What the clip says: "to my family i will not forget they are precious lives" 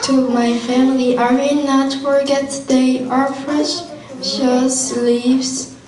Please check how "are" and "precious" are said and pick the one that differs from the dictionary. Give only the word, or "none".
precious